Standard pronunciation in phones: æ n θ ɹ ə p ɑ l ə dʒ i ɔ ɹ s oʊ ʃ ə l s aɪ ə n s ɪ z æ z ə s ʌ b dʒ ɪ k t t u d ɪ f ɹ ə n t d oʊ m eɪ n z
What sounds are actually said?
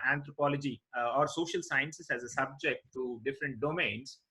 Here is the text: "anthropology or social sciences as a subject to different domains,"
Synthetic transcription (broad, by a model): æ n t ɹ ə p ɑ l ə dʒ i ɔ ɹ s oʊ ʃ ə l s aɪ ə n s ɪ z æ z ə s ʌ b dʒ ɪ k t t u d ɪ f ɹ ə n t d oʊ m eɪ n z